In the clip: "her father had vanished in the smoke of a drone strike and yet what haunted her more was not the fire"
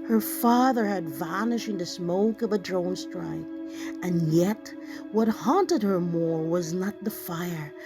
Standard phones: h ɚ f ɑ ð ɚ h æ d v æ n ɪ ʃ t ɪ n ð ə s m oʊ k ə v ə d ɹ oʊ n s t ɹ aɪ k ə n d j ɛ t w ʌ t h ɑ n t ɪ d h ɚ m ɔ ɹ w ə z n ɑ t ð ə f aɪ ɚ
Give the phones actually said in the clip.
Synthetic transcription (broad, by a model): h ɚ f ɑ ð ɚ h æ d v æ n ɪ ʃ ɪ n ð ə s m oʊ k ə v ə d ɹ oʊ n s t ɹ aɪ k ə n j ɛ t w ʌ t h ɑ n t ɪ d h ɚ m ɔ ɹ w ə z n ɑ t ð ə f aɪ ɚ